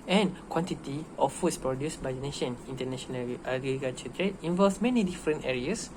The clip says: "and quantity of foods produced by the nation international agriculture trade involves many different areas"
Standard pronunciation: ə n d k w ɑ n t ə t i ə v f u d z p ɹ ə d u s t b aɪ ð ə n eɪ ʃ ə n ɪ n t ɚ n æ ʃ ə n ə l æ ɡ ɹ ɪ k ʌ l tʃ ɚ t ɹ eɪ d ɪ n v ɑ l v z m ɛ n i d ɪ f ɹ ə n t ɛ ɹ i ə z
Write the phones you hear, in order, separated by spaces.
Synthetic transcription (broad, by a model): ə n k w ɑ n t ə t i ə f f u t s p ɹ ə d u s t b aɪ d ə n eɪ ʃ ə n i n t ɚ n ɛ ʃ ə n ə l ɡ ɪ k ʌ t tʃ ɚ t ɹ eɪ ɪ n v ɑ l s m ɛ n i d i f ɹ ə n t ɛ ɹ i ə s